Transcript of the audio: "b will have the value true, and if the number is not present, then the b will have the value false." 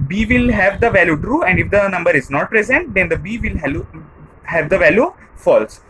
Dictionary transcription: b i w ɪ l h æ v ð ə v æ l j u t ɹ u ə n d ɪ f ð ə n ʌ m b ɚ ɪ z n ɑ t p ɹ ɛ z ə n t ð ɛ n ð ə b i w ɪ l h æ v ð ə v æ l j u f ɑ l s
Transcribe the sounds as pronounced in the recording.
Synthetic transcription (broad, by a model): b i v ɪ l h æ v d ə v æ l j u t ɹ u ə n d ɪ f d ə n ʌ m b ɚ ɪ z n ɑ t p ɹ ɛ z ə n t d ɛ n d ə b i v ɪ l h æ v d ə v æ l j u f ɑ l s